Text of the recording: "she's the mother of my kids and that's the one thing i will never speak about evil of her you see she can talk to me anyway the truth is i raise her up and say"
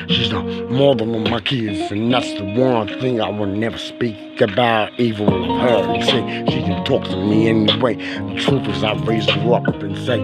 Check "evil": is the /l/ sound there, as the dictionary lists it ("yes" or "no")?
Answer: no